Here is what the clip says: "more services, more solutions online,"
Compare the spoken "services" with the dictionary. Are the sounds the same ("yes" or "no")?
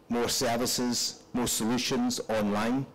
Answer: yes